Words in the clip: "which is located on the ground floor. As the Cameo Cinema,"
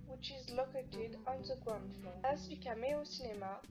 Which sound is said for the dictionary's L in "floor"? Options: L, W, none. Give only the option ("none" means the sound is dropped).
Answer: none